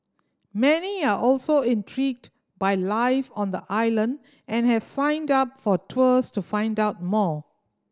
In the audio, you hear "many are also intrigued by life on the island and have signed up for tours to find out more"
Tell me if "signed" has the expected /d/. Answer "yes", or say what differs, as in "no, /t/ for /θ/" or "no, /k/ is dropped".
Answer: yes